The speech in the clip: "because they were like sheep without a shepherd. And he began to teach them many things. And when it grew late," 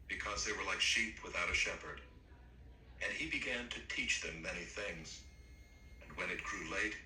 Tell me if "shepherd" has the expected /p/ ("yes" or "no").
yes